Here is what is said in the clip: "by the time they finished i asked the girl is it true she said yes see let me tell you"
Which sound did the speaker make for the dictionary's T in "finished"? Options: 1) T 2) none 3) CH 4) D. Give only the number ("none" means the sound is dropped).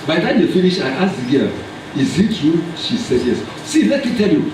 2